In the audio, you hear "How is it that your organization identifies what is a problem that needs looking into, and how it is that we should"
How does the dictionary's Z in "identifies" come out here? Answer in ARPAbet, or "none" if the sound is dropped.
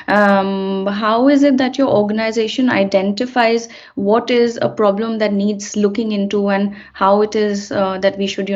Z